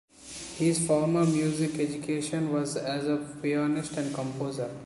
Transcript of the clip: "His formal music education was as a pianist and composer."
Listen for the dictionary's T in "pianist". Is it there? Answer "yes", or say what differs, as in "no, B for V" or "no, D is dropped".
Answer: yes